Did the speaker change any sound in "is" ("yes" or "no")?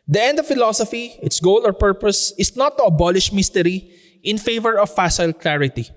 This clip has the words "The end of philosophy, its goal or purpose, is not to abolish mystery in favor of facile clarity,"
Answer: yes